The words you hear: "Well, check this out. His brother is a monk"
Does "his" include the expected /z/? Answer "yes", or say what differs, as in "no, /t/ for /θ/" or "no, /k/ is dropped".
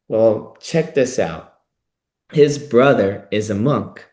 yes